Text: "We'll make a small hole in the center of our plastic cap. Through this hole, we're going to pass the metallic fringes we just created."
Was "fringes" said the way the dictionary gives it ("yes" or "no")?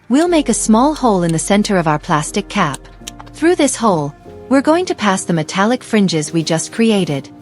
yes